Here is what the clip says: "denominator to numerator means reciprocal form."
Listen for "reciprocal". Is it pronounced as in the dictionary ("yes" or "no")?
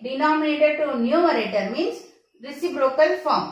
no